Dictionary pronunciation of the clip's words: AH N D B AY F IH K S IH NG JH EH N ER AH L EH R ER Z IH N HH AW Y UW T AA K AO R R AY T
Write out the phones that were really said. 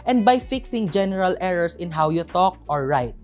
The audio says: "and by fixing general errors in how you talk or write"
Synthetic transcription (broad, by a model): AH N D B AY F IH K S IH NG JH EH N ER AH L EH R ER S IH N HH AW Y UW T AA K AO R R AY T